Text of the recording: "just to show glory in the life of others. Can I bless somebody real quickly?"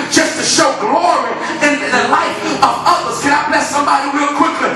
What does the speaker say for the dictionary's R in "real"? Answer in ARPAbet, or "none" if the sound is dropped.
W